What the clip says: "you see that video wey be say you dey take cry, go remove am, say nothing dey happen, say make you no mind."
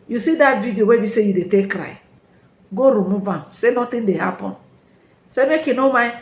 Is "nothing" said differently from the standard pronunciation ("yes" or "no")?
yes